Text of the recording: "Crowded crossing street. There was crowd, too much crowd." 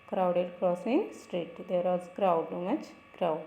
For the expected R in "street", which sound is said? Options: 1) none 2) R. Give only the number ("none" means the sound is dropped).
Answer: 2